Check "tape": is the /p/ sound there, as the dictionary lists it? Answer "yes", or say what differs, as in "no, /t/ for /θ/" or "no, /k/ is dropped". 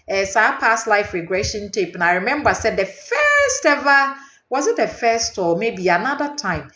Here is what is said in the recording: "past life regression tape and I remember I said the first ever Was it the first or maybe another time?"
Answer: yes